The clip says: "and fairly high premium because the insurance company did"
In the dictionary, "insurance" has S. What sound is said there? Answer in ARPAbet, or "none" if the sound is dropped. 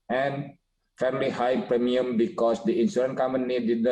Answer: none